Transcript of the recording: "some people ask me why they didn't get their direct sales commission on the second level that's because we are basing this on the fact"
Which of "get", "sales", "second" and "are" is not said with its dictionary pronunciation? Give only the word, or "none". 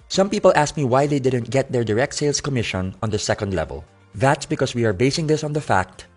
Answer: sales